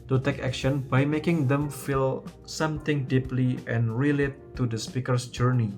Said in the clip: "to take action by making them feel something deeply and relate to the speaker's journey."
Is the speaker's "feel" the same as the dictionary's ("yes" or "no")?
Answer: yes